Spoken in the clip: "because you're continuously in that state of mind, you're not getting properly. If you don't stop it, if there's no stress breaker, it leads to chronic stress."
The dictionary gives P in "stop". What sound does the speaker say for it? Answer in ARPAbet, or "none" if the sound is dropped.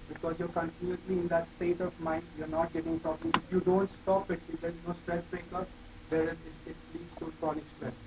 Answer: P